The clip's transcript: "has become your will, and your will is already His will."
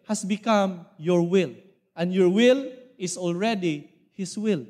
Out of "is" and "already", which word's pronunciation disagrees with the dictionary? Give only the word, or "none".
is